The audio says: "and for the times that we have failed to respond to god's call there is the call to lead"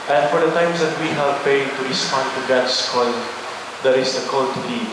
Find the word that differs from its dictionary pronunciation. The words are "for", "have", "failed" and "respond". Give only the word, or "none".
failed